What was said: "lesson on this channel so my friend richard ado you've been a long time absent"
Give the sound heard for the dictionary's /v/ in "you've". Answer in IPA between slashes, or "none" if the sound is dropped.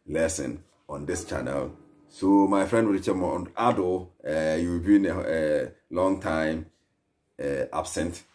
/w/